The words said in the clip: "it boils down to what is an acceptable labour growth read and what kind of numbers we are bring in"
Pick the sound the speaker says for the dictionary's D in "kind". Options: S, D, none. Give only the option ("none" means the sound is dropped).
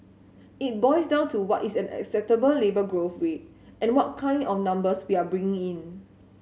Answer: D